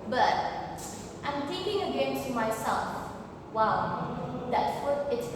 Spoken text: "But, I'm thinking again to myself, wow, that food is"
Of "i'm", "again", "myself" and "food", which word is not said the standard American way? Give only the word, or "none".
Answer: food